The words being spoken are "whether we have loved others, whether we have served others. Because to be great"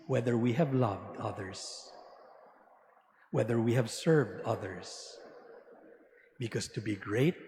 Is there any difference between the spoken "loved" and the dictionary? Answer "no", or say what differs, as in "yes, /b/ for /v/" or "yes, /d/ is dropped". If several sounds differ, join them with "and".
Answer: no